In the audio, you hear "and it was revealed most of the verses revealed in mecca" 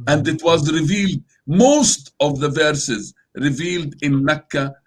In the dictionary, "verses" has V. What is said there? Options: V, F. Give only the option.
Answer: V